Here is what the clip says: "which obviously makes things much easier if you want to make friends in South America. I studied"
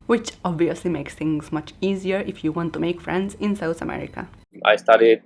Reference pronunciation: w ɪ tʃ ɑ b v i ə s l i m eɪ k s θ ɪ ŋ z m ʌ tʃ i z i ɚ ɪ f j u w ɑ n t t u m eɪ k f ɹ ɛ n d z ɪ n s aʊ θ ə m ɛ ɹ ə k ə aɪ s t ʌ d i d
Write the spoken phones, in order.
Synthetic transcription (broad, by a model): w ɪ tʃ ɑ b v i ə s l i m eɪ k s t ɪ ŋ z m ʌ tʃ i z i ɚ ɪ f j u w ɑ n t t u m eɪ k f ɹ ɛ n d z ɪ n s aʊ t ə m ɛ ɹ ə k ə aɪ s t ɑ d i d